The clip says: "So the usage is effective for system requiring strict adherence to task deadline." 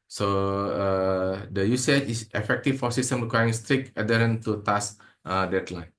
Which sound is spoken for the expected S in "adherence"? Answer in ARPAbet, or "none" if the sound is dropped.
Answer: none